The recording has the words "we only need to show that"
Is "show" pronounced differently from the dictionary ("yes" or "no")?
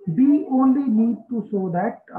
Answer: yes